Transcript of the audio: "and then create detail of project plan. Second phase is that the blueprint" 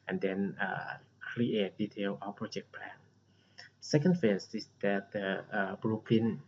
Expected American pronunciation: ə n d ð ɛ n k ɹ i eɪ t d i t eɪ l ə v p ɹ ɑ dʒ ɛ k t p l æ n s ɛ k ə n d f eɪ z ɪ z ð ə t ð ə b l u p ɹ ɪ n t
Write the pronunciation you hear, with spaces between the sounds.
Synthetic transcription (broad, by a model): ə n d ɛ n k ɹ i eɪ t d i t eɪ l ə p ɹ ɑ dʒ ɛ k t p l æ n s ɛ k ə n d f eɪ s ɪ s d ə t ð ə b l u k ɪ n